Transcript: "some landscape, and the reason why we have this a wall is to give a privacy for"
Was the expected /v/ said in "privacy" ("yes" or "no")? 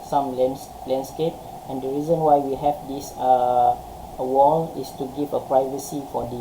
yes